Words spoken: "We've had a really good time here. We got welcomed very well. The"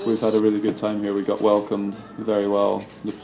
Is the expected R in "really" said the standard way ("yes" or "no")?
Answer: yes